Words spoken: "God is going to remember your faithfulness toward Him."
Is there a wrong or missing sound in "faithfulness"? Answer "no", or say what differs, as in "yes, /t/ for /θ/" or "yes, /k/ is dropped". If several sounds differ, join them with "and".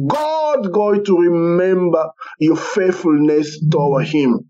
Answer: no